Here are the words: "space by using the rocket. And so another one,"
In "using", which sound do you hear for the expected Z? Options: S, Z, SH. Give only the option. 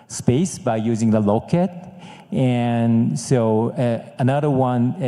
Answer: Z